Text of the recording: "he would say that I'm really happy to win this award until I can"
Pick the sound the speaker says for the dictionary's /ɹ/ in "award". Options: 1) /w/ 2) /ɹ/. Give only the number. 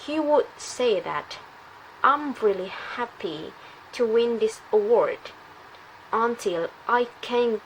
2